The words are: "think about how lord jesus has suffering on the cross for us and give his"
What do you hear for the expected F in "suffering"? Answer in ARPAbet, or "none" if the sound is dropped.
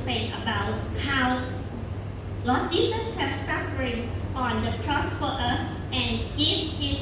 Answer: P